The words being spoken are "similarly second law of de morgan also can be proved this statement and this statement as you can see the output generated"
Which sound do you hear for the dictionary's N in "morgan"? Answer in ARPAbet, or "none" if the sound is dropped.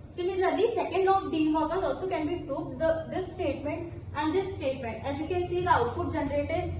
L